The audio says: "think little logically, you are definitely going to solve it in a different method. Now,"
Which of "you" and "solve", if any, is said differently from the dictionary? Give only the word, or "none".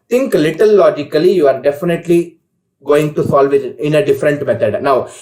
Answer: none